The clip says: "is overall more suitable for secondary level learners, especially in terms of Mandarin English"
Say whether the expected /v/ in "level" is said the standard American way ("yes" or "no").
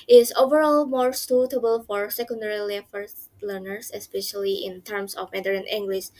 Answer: no